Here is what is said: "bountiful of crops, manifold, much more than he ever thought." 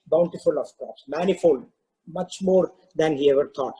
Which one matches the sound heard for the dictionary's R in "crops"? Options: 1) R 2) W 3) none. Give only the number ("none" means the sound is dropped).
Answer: 3